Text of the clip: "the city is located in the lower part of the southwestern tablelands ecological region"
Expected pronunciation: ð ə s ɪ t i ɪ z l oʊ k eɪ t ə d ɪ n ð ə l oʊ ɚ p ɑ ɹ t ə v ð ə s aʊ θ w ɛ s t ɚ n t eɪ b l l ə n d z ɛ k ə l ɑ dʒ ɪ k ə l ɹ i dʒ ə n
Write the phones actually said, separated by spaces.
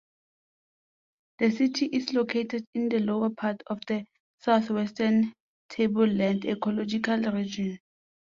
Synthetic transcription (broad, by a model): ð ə s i t i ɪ s l oʊ k eɪ t ə d ɪ n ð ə l oʊ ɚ p ɑ t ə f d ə s aʊ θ w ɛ s t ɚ n t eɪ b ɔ l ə n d ɛ k ə l ɑ dʒ ɪ k ə l ɹ i dʒ ə n